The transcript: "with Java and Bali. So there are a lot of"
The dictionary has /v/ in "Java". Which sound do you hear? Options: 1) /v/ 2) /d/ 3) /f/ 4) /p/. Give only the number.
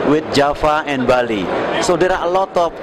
3